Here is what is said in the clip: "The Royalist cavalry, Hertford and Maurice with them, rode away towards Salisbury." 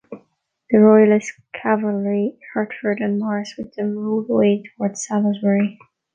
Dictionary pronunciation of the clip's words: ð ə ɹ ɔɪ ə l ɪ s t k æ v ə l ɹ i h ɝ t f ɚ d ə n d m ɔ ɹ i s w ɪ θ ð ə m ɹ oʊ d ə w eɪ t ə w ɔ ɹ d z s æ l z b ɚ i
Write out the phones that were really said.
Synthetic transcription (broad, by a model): ð ə ɹ ɔɪ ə l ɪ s k æ v ə l ɹ i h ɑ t f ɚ d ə n m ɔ ɹ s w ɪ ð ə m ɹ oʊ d ə w eɪ t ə w ɔ ɹ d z s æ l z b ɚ i